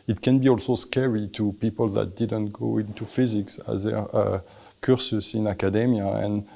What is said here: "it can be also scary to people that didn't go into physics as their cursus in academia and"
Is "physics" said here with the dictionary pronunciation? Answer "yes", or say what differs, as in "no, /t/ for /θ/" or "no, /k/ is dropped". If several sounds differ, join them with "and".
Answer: yes